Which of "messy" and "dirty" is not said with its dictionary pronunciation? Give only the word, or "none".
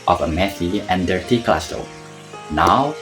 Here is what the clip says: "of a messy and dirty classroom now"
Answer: messy